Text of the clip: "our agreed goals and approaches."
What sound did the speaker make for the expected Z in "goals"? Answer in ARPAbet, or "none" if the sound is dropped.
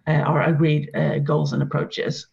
Z